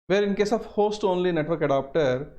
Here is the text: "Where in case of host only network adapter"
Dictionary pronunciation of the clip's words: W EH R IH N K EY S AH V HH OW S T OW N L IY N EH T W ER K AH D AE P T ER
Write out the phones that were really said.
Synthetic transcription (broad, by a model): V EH R IH N K EY S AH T HH OW S T OW N L IY N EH T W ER K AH D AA P T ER